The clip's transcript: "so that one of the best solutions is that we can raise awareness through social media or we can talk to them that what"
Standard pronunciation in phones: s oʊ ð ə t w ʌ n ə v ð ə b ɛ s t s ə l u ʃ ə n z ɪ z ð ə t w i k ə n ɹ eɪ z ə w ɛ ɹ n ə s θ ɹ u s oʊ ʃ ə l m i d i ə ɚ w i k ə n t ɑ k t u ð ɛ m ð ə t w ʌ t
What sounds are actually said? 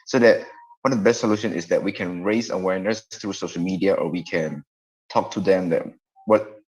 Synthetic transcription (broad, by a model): s oʊ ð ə t w ʌ n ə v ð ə b ɛ s t s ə l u ʃ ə n ɪ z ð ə t w i k ə n ɹ eɪ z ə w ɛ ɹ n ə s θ ɹ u s oʊ ʃ ə l m i d i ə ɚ w i k ə n t ɑ k t u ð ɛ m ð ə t w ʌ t